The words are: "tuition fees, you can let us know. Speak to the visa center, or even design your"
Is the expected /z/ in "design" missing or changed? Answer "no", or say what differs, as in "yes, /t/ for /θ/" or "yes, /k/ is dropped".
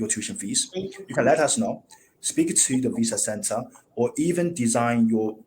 no